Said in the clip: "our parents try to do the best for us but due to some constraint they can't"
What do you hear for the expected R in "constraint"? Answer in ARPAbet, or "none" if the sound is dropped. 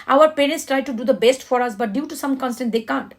none